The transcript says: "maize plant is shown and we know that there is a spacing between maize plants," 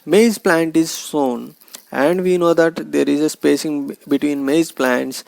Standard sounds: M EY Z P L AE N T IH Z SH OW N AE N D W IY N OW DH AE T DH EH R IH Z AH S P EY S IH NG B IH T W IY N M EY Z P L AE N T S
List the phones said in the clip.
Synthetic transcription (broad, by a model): M EY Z P L AE N T IH Z S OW N AE N D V IY N OW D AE T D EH R IH Z AH S P EY S IH NG B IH T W IY N M EY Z P L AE N T S